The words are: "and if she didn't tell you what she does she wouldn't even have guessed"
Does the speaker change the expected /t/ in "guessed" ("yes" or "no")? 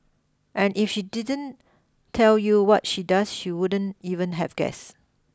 yes